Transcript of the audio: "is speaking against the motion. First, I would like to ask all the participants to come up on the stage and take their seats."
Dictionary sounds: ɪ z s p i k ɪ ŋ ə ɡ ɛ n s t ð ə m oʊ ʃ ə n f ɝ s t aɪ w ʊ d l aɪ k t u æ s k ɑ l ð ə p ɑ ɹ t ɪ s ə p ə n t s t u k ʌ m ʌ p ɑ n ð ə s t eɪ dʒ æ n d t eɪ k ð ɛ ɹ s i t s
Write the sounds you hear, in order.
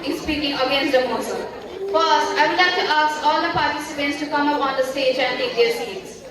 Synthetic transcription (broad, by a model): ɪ s p i k ɪ ŋ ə ɡ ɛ n s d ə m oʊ s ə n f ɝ s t aɪ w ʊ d l aɪ k t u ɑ s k ɑ l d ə p ɑ ɹ t ɪ s ə p ə n t s t u k ʌ m ʌ p ɑ n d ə s t eɪ dʒ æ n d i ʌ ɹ s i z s